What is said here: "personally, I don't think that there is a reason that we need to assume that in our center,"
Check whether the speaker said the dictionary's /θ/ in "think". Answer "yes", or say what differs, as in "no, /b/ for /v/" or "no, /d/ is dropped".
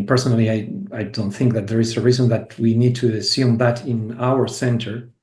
yes